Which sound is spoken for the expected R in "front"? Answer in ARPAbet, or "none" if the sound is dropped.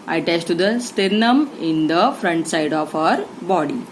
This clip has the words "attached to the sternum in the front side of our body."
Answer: R